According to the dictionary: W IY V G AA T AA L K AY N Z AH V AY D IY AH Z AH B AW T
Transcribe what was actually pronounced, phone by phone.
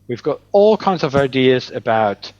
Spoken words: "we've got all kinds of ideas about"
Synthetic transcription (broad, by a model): W IY V G AA T AA L K AY N Z AH V AY D IY AH Z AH B AW T